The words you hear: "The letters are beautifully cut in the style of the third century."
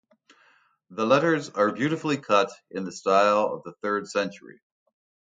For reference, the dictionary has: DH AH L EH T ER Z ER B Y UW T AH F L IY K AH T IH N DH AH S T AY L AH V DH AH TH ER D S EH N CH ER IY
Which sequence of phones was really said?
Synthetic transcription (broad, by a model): DH AH L EH T ER Z ER B Y UW T AH F L IY K AH T IH N DH AH S T AY L AH V DH AH TH ER D S EH N CH ER IY